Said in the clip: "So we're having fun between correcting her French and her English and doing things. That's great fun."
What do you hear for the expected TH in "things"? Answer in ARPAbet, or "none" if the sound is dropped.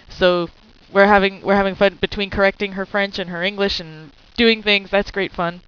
TH